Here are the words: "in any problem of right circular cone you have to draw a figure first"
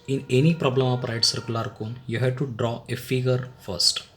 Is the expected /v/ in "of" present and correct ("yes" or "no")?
no